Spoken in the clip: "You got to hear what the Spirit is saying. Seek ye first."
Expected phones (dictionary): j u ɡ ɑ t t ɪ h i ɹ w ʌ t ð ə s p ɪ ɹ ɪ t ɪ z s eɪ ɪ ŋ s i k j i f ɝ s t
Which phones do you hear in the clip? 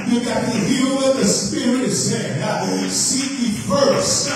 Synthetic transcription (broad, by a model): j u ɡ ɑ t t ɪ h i l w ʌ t ð ə s p ɪ ɹ ɪ t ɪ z s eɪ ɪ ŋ s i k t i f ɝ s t